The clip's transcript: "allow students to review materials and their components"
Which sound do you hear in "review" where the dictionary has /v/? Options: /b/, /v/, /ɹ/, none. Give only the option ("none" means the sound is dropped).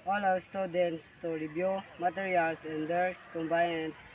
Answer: /b/